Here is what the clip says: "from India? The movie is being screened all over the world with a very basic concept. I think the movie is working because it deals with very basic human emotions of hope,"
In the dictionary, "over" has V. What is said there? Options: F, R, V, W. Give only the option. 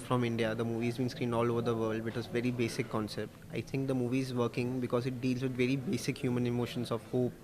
V